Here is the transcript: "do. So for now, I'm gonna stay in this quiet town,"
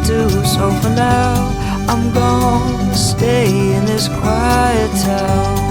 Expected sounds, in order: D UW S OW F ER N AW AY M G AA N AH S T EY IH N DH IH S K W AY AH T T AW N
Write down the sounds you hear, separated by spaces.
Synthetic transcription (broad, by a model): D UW S OW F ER N AW AY M G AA AH S T EY IH N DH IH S K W AY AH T T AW